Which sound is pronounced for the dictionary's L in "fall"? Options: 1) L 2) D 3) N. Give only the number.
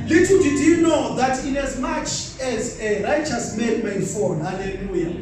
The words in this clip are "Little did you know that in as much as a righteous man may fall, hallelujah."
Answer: 3